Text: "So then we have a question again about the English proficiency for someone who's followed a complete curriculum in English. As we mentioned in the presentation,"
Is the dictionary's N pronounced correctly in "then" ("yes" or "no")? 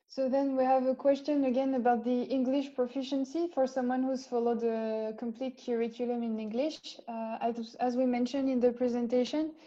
yes